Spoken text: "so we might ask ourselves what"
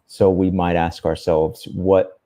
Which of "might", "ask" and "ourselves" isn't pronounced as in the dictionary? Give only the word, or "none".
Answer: none